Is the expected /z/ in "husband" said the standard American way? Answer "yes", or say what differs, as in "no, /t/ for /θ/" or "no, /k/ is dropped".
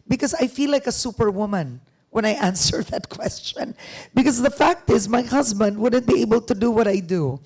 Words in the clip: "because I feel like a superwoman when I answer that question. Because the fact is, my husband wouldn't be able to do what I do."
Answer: yes